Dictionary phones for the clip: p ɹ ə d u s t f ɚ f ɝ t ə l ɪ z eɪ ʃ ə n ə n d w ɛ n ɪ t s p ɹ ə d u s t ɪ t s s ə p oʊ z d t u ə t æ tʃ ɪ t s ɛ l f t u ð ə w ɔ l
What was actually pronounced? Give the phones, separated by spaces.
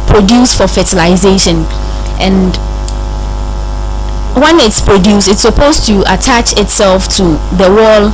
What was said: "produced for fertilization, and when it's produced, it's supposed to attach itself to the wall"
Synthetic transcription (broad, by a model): p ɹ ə d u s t f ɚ f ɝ t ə l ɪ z eɪ ʃ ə n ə n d w ɛ n ɪ t s p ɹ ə d u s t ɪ t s s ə p oʊ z t u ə t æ tʃ ɪ t s ɛ l f t u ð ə w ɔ l